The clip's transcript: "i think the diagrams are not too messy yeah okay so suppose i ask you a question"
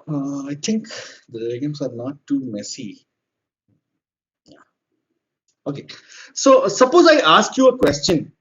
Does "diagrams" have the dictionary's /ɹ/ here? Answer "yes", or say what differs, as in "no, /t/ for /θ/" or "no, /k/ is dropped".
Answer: no, /ɹ/ is dropped